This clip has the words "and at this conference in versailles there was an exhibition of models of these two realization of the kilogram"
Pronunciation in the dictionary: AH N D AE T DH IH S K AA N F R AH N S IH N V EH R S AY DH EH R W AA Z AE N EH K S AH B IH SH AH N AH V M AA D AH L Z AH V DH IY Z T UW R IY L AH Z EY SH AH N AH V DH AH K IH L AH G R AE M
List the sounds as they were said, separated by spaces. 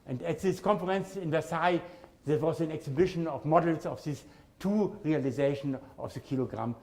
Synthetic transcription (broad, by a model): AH N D AE T DH IH S K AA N F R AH N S IH N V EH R S AY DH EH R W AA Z AE N EH K S AH B IH SH AH N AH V M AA D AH L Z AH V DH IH S T UW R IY L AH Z EY SH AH N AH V DH AH K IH L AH G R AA M